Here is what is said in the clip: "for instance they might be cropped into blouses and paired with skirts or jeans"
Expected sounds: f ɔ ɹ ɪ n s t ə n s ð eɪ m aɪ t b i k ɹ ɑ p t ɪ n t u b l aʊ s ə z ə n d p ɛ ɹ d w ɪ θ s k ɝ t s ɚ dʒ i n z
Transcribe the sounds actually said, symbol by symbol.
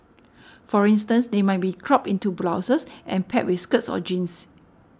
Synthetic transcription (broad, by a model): f ɔ ɹ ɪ n s t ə n s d eɪ m aɪ t b i k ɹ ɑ p ɪ n t u b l aʊ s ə s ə n p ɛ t w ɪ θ s k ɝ t s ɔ dʒ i n s